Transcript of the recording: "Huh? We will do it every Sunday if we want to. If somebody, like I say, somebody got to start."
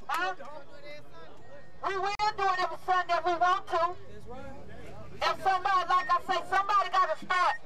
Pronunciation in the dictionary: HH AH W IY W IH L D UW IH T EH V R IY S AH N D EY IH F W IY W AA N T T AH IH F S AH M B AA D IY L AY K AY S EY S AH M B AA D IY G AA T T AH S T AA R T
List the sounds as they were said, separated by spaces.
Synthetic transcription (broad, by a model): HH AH W IY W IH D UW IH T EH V IY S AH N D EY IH W IY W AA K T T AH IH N S AH M B AA D IY L AY K AY S EY S AH M B AA D IY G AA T T AH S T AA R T